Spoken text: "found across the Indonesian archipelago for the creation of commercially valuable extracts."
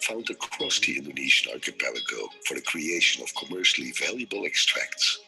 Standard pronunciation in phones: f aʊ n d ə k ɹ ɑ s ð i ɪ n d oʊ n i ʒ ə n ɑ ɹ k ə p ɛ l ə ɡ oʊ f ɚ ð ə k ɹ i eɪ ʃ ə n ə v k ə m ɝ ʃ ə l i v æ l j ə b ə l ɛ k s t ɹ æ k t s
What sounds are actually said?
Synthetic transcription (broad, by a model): f aʊ n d ə k ɹ ɑ s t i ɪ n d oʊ n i ʃ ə n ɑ ɹ k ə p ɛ l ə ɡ oʊ f ɚ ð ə k ɹ i eɪ ʃ ə n ə v k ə m ɝ ʃ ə l i v æ l j ə b ə l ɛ k s t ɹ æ k t s